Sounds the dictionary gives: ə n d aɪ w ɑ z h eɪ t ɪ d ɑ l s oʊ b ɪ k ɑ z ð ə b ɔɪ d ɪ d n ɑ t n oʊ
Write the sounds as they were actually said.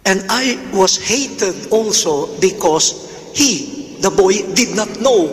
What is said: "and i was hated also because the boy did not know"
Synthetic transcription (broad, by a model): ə n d aɪ w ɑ s h eɪ t ɪ d ɑ l s oʊ b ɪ k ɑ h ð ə b ɔɪ d ɪ d n ɑ t n oʊ